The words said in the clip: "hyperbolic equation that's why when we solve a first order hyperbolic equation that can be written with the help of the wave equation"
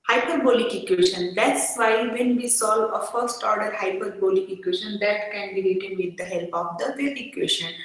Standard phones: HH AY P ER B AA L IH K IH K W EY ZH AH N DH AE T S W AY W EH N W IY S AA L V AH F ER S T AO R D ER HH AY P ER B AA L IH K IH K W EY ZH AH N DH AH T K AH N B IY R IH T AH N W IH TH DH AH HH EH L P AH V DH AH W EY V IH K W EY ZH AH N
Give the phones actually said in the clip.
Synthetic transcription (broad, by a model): HH AY P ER B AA L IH K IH K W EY SH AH N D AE T S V AY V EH N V IY S AA L V AH F ER S T AO R D ER HH AY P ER B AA L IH K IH K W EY SH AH N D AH T K AH N B IY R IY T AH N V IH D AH HH EH L P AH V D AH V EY IH K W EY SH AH N